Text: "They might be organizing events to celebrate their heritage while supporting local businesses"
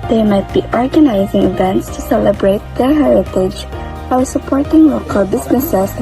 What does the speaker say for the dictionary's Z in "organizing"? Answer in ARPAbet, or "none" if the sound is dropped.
Z